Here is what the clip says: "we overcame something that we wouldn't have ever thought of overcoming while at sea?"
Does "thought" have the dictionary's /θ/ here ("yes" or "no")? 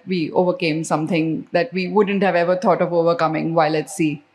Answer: no